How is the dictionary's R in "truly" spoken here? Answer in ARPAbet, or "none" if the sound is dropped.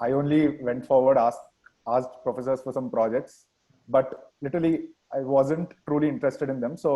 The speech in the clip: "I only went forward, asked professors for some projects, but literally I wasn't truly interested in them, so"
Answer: R